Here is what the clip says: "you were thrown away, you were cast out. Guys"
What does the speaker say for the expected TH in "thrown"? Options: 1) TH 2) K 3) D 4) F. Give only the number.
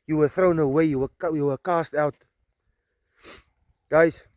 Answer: 1